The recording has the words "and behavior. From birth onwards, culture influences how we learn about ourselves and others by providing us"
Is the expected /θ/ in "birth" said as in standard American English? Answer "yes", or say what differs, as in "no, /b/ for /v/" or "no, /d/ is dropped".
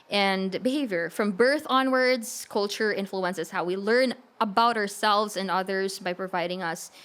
yes